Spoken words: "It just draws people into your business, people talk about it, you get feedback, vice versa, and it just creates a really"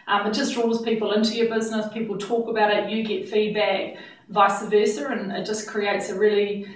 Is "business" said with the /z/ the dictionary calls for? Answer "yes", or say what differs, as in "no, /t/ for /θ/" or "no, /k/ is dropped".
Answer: yes